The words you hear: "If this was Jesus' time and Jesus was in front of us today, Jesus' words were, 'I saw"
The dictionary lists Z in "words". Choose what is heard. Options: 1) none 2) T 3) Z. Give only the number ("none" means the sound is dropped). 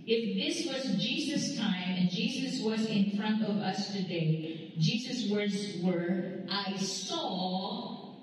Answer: 3